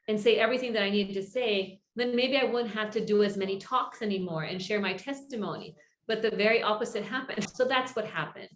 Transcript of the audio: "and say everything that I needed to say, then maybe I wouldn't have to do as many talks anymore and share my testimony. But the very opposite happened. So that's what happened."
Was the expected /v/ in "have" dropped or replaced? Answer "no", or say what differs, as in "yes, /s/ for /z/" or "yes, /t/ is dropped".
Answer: yes, /f/ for /v/